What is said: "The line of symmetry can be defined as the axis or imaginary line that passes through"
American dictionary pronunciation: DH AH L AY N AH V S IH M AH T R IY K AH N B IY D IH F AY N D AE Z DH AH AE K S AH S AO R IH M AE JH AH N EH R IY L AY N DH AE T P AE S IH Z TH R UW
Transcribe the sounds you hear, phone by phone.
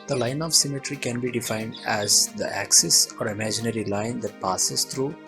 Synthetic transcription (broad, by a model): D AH L AY N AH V S IH M AH T R IY K AH N B IY D IH F AY N D AE Z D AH AE K S AH S AO R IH M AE JH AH N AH R IY L AY N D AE T P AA S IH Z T R UW